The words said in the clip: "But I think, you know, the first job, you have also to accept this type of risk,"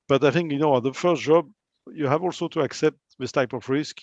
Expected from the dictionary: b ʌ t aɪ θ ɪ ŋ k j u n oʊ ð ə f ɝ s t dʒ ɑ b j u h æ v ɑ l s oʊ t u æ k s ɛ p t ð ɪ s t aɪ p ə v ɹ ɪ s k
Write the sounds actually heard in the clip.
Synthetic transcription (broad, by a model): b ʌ t aɪ θ ɪ ŋ k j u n oʊ ð ə f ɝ s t dʒ ɑ b j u h æ v ɑ l s oʊ t u æ k s ɛ p t ð ɪ s t aɪ p ə v ɹ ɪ s k